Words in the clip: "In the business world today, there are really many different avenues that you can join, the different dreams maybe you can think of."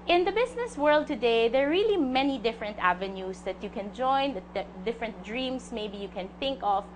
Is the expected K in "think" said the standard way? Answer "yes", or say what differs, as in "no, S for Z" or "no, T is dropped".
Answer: yes